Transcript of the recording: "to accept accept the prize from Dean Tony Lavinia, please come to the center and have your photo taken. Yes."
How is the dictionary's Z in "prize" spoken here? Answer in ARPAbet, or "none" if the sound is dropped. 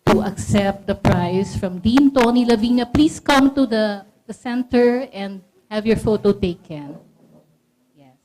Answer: S